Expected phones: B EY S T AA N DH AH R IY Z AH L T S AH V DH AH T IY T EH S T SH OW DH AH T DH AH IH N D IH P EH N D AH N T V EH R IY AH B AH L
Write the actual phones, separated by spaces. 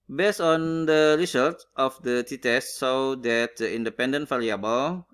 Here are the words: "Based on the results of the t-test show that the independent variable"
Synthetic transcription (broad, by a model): B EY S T AA N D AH R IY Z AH L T AH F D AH T IY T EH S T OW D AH T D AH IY N D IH P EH N D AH N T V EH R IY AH B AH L